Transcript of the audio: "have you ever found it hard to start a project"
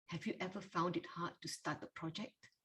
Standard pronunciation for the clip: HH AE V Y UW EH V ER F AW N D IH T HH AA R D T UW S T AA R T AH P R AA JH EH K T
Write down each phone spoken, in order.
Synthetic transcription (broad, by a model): HH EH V Y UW EH V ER F AW N D IH T HH AA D T UW S T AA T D AH P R AA JH EH K T